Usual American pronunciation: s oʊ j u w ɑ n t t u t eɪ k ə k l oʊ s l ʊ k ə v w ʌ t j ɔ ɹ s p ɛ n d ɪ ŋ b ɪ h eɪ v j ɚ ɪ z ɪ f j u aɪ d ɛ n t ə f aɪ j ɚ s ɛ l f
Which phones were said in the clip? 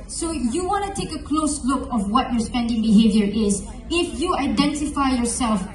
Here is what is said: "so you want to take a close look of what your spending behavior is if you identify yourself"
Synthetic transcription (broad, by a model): s oʊ j u w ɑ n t t u t eɪ k ə k l oʊ s l ʊ k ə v w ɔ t j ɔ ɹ s p ɛ n d ɪ ŋ b ɪ h eɪ v j ɚ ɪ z ɪ f j u aɪ d ɛ n t ə f aɪ j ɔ s ɛ l f